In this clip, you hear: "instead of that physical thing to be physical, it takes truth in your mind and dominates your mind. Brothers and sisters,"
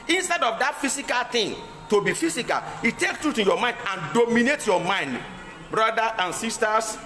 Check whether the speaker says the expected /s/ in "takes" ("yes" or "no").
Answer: no